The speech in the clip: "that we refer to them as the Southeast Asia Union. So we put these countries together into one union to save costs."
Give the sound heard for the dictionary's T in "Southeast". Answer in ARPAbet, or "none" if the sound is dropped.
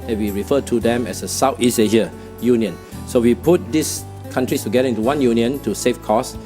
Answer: none